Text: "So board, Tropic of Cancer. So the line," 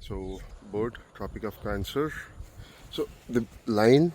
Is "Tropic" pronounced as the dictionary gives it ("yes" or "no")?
yes